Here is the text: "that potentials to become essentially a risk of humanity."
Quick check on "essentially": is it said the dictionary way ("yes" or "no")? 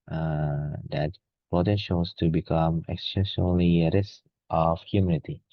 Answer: no